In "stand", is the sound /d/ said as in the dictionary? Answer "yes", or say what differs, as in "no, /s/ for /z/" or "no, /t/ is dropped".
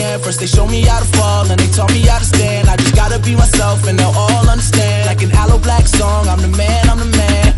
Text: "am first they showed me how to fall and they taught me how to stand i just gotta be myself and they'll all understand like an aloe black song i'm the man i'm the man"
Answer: yes